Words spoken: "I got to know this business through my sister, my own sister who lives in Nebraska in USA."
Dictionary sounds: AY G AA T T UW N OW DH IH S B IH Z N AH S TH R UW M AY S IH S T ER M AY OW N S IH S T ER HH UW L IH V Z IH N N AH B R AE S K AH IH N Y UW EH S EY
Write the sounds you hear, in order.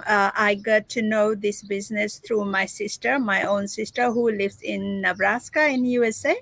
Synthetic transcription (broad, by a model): AY G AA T T UW N OW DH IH S B IH Z N AH S T R UW M AY S IH S T ER M AY OW N S IH S T ER HH UW L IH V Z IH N N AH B R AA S K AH IH N Y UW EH S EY